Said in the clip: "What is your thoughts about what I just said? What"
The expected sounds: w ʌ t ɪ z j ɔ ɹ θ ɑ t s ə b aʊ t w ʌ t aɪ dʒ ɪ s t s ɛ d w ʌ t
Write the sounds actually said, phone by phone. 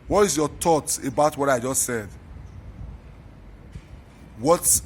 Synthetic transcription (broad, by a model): w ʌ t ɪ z j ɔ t ɑ t ə b aʊ t w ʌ t aɪ dʒ ɪ s t s ɛ d w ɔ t